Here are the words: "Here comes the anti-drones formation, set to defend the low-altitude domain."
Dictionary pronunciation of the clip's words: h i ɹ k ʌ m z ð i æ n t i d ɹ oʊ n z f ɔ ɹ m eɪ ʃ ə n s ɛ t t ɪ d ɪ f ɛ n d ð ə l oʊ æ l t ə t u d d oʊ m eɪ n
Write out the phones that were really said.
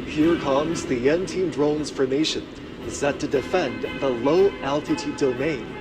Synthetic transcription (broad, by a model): h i ɹ k ʌ m z ð i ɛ n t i d ɹ oʊ n z f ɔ ɹ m eɪ ʃ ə n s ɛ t t ɪ d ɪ f ɛ n ð ə l oʊ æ l t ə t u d d oʊ m eɪ n